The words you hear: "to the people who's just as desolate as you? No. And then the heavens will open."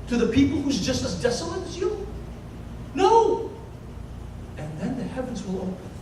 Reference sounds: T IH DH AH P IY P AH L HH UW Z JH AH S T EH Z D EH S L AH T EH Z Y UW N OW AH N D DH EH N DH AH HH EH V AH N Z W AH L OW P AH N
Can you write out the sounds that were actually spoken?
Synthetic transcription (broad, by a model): T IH DH AH P IY P L HH UW Z JH AH S T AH Z D EH S L AH T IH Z Y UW N OW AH N DH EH N DH AH HH EH V AH N Z W AH L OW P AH